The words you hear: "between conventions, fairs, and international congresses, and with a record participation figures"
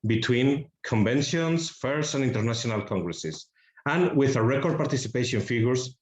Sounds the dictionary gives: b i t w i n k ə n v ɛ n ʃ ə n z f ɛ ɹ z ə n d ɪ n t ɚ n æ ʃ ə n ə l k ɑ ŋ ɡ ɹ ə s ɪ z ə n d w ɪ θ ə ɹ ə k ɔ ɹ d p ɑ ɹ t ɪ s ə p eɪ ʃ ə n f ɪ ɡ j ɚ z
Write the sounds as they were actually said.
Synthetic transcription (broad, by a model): b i t w i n k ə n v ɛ n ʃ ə n s f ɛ ɹ s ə n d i n t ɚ n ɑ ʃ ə n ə l k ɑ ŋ ɡ ɹ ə s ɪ s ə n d w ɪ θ ə ɹ ə k ɔ ɹ d p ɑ ɹ t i s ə p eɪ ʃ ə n f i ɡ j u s